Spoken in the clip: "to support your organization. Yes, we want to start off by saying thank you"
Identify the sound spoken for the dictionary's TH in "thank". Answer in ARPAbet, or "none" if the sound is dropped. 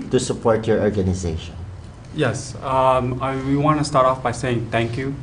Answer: T